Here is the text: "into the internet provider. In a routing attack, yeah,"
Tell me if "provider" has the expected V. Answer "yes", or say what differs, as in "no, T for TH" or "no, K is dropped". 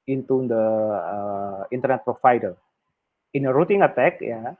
no, F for V